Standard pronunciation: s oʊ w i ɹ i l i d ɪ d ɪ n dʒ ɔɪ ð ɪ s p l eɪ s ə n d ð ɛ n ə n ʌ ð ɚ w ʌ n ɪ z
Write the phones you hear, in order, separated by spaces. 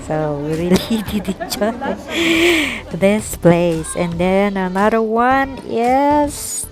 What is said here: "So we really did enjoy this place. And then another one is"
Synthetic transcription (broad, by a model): s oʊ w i ɹ i l i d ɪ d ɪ dʒ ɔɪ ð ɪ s p l eɪ s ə n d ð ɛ n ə n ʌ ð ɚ w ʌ n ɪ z